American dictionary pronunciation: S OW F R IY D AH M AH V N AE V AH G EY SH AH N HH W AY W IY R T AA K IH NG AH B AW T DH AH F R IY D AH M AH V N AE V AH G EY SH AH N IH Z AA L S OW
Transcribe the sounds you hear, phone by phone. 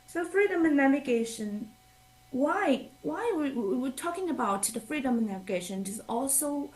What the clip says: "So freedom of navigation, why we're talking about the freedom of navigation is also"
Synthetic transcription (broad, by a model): S OW F R IY D AH M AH N AE V AH G EY SH AH N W W AY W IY W T AA K IH NG AH B AW T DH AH F R IY D AH M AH N AE V AH G EY SH AH N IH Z AA L S OW